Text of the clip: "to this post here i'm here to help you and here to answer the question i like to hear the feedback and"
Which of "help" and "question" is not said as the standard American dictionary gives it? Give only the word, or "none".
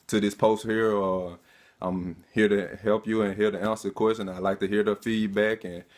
none